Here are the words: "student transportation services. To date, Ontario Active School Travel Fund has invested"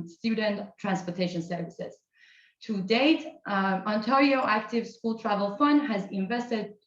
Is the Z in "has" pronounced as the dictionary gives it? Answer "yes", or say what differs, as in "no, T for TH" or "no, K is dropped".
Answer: yes